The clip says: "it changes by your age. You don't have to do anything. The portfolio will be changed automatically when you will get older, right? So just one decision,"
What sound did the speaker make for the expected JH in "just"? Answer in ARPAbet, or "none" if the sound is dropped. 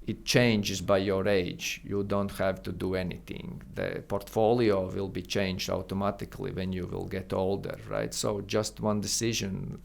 JH